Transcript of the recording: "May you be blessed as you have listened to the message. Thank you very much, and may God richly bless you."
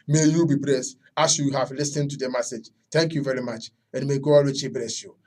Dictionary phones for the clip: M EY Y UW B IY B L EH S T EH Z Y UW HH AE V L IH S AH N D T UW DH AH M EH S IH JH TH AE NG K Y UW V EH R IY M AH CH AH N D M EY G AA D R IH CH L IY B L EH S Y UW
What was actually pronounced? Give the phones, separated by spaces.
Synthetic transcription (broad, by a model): M EY Y UW B IY B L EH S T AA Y Y UW HH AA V L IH S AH N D T UW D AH M EH S IH JH T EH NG K Y UW V EH R IY M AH CH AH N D M EY G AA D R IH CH IY B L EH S Y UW